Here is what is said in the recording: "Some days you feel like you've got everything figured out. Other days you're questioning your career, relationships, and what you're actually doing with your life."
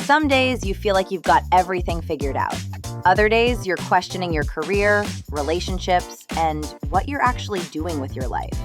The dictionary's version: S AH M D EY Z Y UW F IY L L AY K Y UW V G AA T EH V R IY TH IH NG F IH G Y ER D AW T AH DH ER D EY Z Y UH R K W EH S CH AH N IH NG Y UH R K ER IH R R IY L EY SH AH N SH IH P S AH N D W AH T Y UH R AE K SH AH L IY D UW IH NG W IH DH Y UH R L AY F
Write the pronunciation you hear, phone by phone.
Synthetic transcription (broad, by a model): S AH M D EY Z Y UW F IY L L AY K Y UW V G AA T EH V R IY TH IH NG F IH G Y ER D AW T AH DH ER D EY Z Y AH R K W EH S CH AH N IH NG Y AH R K ER IH R R IY L EY SH AH N SH IH P S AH N W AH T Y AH R AE K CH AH L IY D UW IH NG W IH DH Y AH R L AY F